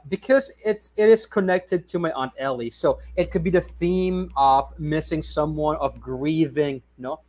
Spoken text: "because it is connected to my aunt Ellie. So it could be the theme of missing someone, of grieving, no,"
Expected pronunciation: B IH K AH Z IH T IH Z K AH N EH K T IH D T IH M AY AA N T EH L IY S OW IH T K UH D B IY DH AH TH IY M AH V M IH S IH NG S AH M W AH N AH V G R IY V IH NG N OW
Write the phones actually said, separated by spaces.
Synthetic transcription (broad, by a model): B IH K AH Z IH T IH Z K AH N EH K T IH D T IH M AY AA N T EH L IY S OW IH T K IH D B IY DH AH TH IY M AH V M IH S IH NG S AH M W AH N AH V G R IY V IH NG N OW